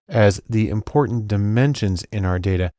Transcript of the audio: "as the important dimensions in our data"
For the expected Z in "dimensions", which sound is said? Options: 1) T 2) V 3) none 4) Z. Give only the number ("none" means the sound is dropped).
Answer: 4